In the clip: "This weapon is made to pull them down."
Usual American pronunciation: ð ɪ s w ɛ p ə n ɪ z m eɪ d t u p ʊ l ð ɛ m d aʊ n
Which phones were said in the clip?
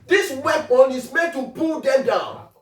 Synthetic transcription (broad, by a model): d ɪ s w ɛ b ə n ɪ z m eɪ d t u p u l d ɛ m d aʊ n